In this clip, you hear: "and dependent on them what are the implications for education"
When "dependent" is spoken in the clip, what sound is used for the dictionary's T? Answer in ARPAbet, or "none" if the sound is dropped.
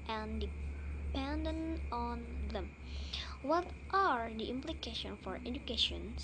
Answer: none